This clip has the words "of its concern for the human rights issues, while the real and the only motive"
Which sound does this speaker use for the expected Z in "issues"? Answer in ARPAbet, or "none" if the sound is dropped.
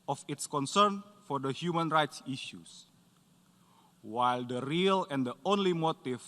S